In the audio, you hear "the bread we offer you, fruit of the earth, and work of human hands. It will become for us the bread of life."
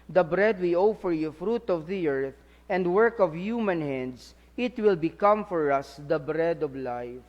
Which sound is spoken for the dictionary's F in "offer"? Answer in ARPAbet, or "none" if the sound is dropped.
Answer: F